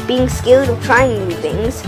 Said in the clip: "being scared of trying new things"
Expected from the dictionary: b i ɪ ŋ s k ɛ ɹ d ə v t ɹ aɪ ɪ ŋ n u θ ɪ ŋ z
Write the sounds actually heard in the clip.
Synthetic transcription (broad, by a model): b i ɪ ŋ s k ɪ l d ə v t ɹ aɪ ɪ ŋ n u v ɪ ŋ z